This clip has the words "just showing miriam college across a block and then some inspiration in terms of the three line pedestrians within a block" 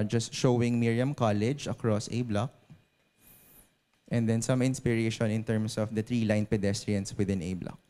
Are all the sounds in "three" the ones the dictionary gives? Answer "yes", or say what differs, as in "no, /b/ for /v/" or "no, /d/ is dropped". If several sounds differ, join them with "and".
no, /t/ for /θ/